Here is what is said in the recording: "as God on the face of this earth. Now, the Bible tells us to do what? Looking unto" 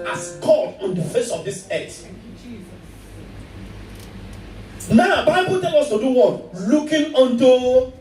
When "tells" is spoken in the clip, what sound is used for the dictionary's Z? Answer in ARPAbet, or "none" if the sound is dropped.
none